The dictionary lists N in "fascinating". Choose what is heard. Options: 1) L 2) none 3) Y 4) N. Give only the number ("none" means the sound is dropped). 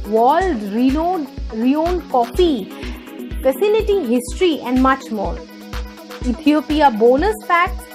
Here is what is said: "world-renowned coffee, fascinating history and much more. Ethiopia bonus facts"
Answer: 1